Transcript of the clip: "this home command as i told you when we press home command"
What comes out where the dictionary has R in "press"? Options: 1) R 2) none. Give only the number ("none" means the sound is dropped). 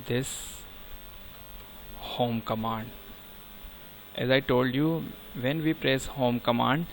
1